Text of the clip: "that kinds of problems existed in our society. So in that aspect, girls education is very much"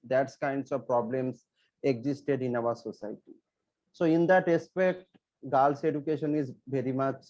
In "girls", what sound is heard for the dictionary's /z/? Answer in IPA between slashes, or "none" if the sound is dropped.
/s/